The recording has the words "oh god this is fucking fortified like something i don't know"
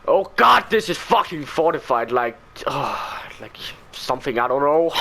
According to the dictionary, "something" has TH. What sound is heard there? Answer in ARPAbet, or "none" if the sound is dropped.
TH